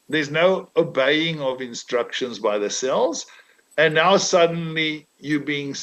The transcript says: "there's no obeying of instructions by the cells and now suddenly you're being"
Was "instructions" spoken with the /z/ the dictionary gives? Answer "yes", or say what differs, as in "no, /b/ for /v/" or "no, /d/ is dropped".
yes